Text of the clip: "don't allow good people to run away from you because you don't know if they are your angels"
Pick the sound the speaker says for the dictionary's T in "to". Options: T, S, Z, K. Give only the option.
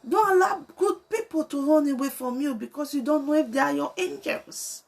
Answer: T